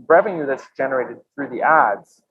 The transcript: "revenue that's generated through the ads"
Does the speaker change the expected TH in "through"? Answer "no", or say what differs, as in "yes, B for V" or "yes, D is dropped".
no